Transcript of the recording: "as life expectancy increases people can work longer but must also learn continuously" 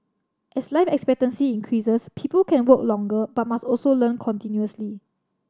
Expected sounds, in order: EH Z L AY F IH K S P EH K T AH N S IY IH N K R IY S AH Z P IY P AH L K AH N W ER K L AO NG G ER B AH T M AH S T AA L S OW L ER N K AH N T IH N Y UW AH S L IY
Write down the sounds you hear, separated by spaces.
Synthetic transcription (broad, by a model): EH S L AY F IH K S P EH K T AH N S IY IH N K R IY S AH S P IY P AH L K AH N W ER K L AO NG G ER B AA T M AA S T AA L S OW L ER N K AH N T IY N Y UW AH S L IY